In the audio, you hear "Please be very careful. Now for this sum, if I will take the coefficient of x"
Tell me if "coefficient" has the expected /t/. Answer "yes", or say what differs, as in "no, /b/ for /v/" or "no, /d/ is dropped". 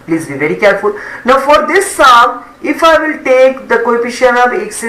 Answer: no, /t/ is dropped